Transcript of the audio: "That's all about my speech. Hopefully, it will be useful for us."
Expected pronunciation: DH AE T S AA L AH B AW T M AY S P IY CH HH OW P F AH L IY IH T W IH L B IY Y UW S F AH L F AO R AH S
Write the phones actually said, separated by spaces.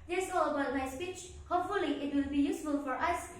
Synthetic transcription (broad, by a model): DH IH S AA L AH B AW T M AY S P IY CH HH OW P F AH L IY IH T W IH L B IY Y UW S F AH L F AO R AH S